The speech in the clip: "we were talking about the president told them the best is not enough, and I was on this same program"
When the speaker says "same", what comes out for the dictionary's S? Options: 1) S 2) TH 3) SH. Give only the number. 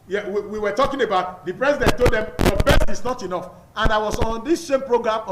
3